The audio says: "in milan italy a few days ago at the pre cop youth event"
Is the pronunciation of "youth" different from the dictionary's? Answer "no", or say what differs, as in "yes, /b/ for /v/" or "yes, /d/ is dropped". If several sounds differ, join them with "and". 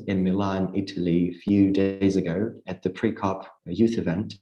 no